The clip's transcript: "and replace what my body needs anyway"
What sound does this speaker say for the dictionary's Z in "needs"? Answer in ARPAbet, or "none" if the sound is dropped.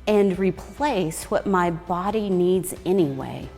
Z